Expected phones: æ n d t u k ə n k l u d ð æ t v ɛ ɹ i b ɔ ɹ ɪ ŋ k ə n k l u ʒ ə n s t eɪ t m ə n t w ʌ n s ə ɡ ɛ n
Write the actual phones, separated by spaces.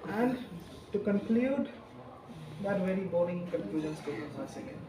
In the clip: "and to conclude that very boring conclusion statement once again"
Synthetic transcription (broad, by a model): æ n d t u k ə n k l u d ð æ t v ɛ ɹ i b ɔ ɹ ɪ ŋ k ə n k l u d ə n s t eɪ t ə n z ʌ s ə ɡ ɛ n